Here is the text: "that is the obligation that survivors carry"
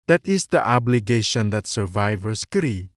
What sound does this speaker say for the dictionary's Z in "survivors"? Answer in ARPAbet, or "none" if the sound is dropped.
S